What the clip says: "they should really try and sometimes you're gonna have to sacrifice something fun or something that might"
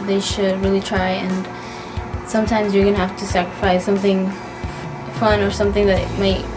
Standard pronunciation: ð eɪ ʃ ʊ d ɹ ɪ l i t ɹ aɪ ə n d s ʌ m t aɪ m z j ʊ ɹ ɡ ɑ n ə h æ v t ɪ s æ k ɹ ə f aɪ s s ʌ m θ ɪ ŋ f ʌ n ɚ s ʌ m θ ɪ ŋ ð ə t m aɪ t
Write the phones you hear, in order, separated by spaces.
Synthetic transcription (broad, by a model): ð eɪ ʃ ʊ d ɹ ɪ l i t ɹ aɪ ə n s ʌ m t aɪ m z j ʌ ɹ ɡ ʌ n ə h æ f t ɪ s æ k ɹ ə f aɪ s s ʌ m θ ɪ ŋ f ʌ n ɚ s ʌ m θ ɪ ŋ ð ə t m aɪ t